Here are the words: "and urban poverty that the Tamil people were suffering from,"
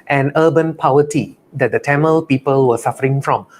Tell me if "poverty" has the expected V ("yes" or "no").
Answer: no